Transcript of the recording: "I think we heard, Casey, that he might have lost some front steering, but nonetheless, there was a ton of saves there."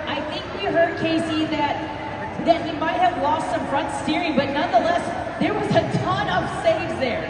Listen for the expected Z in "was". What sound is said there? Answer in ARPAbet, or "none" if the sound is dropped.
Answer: Z